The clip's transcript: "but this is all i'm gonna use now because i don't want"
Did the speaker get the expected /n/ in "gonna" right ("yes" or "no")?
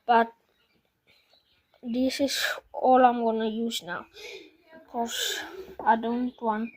yes